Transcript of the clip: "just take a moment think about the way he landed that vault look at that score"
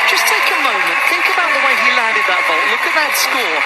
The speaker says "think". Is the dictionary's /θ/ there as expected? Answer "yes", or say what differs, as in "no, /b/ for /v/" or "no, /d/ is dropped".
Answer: yes